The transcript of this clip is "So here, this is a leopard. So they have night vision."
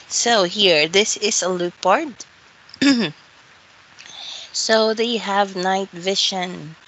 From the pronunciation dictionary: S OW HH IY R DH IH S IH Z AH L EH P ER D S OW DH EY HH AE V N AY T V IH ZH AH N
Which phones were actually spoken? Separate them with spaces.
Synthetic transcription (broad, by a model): S OW HH IY R DH IH S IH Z AH L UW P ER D S OW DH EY HH AE V N AY T V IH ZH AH N